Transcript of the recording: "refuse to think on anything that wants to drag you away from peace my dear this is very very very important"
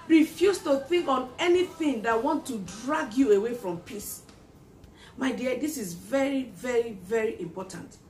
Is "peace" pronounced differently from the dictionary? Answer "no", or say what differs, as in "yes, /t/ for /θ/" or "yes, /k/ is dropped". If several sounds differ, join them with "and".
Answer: no